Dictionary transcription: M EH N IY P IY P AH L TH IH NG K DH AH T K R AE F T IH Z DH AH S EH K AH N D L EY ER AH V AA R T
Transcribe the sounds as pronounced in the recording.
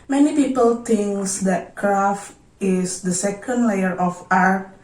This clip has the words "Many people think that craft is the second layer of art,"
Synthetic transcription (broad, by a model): M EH N IY P IY P AH L T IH NG K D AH T K R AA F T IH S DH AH S EH K AH N D L EY ER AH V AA R